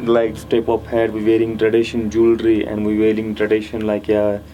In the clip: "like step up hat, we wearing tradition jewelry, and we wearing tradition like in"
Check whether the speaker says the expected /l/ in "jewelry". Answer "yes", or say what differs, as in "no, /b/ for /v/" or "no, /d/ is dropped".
yes